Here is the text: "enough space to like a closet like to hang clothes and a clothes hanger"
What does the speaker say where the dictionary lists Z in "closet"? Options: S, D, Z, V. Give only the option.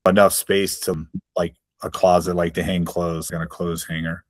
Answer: Z